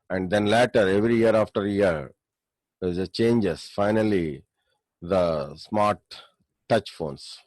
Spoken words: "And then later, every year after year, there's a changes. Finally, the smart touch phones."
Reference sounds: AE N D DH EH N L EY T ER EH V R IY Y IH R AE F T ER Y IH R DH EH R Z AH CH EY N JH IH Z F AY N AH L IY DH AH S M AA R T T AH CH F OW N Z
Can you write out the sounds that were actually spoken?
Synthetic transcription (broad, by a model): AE N D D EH N L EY T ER EH V R IY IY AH R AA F T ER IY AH R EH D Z AH CH EY N JH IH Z F AY N AH L IY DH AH S M AA R T T AH CH F OW N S